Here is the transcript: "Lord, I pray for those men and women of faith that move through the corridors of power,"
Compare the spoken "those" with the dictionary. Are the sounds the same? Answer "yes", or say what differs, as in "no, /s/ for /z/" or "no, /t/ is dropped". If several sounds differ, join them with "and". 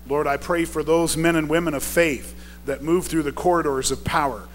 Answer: yes